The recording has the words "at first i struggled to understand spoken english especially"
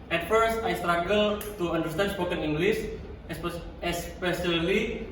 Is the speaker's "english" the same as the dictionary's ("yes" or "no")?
no